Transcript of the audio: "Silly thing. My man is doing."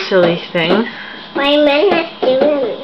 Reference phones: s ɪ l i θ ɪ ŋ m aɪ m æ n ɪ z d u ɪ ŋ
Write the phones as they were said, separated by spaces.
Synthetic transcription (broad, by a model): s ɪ l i θ ɪ ŋ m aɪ m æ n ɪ s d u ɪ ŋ